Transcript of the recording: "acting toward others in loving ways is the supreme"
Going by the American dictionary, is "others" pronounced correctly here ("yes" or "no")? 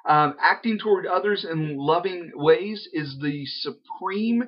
yes